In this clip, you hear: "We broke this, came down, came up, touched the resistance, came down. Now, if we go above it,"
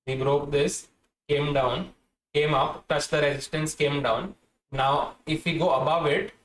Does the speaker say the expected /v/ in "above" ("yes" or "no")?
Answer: yes